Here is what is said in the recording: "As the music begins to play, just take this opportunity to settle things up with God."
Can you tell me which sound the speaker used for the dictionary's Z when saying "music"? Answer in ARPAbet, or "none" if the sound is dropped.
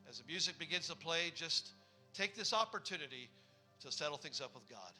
Z